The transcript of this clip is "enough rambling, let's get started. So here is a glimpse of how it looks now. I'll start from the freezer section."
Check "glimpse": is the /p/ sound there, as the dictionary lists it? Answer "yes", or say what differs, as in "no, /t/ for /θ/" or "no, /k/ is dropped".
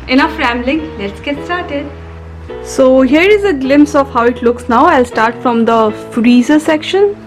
yes